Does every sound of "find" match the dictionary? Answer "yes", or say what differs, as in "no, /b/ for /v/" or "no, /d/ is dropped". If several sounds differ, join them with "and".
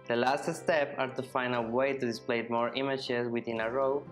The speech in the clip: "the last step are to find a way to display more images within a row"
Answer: no, /d/ is dropped